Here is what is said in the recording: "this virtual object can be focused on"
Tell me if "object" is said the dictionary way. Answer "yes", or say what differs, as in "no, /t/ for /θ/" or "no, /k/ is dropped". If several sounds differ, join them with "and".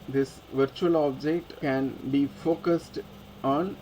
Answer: yes